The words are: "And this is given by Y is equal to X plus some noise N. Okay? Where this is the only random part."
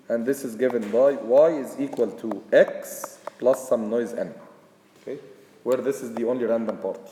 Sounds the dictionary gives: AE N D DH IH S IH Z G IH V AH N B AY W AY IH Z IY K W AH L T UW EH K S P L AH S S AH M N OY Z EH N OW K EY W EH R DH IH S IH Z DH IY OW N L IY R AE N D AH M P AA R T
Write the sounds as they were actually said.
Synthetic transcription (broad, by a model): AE N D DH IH S IH Z G IH V AH N B AY W AY IH Z IY K W AH L T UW EH K S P L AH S S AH M N OY Z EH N OW K EY W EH R DH IH S IH Z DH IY OW N L IY R AE N D AH M P AA R T